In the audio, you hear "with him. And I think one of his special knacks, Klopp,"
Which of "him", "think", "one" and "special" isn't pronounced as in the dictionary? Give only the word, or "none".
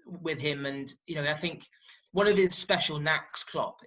none